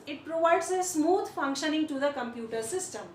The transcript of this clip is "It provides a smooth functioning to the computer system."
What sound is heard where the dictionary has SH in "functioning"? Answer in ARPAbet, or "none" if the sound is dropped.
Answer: SH